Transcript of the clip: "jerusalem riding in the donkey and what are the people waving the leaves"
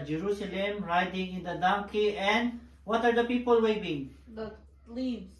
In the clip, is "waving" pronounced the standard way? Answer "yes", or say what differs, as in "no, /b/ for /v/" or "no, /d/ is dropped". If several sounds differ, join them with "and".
no, /b/ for /v/